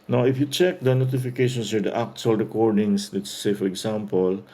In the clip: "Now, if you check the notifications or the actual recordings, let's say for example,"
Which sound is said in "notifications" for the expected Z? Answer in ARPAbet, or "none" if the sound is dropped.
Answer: S